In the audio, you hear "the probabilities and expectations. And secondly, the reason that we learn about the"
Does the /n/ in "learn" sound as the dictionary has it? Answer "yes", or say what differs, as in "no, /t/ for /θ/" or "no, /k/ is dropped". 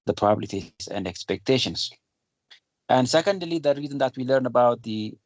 yes